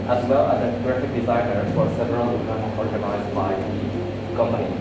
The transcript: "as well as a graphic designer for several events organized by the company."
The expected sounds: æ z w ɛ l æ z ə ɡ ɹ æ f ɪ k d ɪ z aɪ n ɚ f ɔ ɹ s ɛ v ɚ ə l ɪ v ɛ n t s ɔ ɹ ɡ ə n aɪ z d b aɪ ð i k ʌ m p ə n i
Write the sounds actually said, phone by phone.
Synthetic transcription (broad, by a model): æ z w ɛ l æ z ə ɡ ɹ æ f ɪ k d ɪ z aɪ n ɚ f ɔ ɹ s ɛ v ɚ ə l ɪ ɛ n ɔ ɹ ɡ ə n aɪ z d b aɪ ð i k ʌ m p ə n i